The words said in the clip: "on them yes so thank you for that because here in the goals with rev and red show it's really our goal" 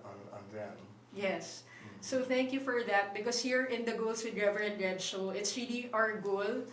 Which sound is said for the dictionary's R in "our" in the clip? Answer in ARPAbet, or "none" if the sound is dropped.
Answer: R